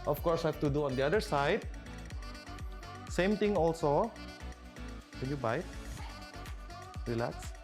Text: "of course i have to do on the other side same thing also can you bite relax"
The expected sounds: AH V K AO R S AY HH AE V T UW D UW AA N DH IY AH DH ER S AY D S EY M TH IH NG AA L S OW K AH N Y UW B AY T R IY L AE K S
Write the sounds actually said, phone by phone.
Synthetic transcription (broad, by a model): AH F K AO R S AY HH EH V T UW D UW AA N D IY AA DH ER S AY D S EY M T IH NG AA L S OW K AH N Y UW B AY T R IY L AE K S